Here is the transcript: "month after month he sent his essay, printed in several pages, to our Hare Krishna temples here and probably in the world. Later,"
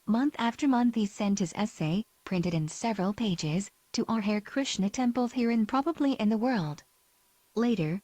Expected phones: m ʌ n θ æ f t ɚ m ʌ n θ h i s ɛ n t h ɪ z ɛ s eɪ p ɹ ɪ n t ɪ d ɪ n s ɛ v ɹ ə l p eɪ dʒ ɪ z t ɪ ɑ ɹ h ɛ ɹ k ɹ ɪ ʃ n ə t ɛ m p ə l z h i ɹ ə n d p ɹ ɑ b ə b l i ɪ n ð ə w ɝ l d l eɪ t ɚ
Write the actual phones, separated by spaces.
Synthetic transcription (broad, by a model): m ʌ n θ æ f t ɚ m ʌ n θ h i s ɛ n t h ɪ z ɛ s eɪ p ɹ ɪ n t ɪ d ɪ n s ɛ v ɹ ə l p eɪ dʒ ɪ z t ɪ ɑ ɹ h ɛ ɹ k ɹ ɪ ʃ n ə t ɛ m p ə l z h i ɹ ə n p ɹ ɑ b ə b l i ɪ n ð ə w ɝ l d l eɪ t ɚ